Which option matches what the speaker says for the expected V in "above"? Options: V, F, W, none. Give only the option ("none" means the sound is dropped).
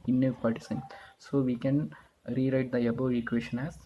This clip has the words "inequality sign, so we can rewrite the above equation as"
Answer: none